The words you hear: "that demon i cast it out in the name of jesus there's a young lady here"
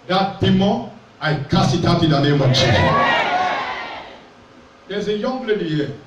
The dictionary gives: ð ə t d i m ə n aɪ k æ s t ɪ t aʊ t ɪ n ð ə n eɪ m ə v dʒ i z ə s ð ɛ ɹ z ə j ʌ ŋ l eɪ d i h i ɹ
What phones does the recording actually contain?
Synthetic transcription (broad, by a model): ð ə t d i m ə aɪ k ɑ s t ɪ t aʊ t ɪ n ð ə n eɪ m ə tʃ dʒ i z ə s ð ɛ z ə j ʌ ŋ l eɪ d i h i